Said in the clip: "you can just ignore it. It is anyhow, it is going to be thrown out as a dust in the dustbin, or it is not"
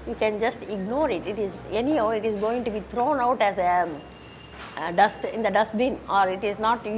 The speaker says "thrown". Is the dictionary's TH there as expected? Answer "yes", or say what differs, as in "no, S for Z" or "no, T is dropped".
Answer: no, T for TH